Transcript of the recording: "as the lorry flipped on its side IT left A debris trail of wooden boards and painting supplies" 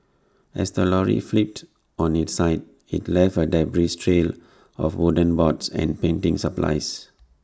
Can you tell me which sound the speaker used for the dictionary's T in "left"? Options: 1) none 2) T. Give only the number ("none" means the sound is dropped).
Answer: 1